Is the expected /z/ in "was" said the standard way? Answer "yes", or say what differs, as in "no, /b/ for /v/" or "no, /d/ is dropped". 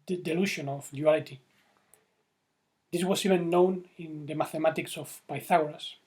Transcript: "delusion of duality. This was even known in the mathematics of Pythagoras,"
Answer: no, /s/ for /z/